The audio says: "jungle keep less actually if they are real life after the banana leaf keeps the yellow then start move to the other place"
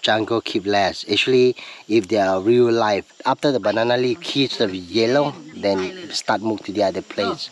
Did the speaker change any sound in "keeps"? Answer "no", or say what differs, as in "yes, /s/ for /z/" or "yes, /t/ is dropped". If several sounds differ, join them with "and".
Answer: yes, /p/ is dropped